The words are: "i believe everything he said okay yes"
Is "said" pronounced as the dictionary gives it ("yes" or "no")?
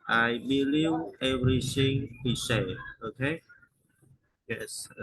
no